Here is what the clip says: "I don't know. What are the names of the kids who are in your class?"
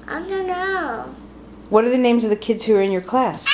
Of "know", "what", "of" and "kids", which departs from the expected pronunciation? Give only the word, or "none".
none